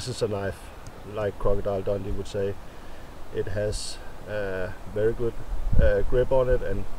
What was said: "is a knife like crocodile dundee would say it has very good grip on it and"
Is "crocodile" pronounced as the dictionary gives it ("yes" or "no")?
yes